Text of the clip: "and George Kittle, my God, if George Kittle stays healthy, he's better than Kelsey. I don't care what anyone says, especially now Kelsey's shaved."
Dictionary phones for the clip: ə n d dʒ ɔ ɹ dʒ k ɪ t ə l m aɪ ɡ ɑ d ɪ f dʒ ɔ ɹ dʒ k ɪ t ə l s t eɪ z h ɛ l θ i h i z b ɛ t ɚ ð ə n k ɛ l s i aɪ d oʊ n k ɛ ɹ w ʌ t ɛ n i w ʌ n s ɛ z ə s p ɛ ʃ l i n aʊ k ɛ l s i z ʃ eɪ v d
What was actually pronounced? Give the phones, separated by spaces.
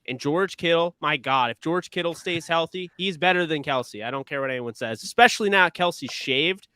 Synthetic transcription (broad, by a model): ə n dʒ ɔ ɹ dʒ k ɪ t l m aɪ ɡ ɑ d ɪ f dʒ ɔ ɹ dʒ k ɪ t l s t eɪ z h ɛ l θ i h i z b ɛ t ɚ ð ə n k ɛ l s i aɪ d oʊ n k ɛ ɹ w ʌ t ɛ n i w ʌ n s ɛ z ə s p ɛ ʃ l i n aʊ k ɛ l s i z ʃ eɪ v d